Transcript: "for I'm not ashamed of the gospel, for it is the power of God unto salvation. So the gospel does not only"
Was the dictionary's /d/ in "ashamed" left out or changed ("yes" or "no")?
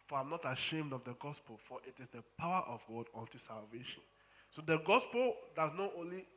no